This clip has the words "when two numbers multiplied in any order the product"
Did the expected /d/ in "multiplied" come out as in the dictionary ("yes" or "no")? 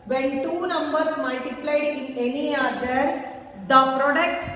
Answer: yes